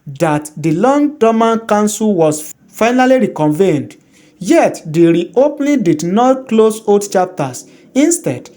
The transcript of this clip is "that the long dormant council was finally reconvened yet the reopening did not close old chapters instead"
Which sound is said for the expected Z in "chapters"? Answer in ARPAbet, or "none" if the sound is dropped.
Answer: S